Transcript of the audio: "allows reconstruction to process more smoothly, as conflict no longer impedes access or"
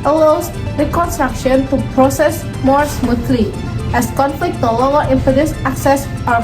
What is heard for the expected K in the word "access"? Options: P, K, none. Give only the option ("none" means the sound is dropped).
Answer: K